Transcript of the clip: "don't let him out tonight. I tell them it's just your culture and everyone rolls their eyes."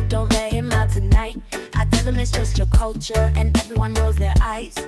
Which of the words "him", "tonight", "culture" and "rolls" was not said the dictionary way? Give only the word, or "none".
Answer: rolls